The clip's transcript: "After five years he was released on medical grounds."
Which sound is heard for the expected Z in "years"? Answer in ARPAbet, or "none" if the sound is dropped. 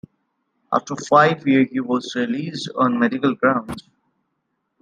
none